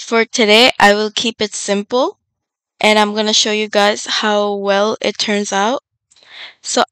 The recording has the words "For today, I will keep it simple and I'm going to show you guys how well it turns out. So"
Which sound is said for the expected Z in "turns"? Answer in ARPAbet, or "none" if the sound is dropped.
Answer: Z